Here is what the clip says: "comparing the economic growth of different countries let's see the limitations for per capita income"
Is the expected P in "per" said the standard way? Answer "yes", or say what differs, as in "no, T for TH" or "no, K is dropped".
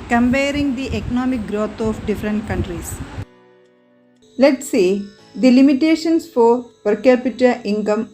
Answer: yes